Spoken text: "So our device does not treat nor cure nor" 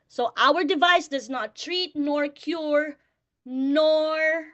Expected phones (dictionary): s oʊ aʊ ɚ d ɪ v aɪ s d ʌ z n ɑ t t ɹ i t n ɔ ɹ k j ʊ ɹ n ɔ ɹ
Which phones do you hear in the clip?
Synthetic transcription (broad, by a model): s oʊ aʊ ɚ d ɪ v aɪ s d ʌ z n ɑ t t ɹ i t n ɔ ɹ k j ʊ ɹ n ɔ ɹ